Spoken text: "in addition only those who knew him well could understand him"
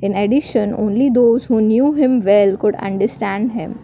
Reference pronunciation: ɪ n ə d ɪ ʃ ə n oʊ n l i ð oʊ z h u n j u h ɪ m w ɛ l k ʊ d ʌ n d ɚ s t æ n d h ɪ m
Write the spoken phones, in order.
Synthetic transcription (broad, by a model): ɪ n ə d ɪ ʃ ə n oʊ n l i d oʊ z h u n j u h ɪ m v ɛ l k ʊ d ʌ n d ɚ s t æ n d h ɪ m